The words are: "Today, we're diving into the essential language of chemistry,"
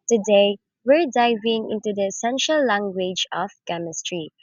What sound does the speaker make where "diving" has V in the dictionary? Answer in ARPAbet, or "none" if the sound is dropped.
V